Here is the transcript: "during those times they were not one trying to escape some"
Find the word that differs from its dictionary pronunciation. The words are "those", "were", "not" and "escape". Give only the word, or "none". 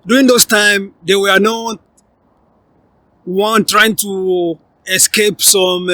those